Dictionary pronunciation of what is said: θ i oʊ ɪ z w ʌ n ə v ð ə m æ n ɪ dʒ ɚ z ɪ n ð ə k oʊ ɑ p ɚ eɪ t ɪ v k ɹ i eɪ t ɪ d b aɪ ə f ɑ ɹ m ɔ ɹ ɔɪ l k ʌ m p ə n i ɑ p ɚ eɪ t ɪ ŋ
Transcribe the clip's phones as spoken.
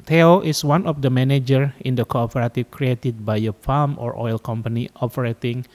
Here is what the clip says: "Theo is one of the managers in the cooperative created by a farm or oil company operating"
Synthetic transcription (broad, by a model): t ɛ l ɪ s w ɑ n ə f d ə m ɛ n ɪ dʒ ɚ ɪ n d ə k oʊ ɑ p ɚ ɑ t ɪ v k ɹ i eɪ t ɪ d b aɪ ə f ɑ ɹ m ɔ ɹ ɔɪ l k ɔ m p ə n i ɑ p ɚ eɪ t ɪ ŋ